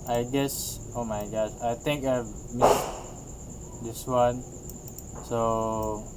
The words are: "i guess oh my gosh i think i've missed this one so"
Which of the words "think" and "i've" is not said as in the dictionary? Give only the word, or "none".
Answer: think